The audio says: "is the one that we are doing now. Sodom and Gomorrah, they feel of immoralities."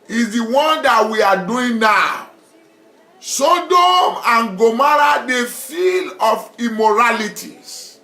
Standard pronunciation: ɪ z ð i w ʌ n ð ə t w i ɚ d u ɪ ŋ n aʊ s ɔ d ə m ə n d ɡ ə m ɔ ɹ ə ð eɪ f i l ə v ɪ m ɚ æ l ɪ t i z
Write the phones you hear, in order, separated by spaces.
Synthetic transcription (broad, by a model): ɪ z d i w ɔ n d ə t w i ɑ d u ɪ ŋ n aʊ s ɔ d ə m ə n ɡ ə m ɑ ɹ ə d eɪ f i l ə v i m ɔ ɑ l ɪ t i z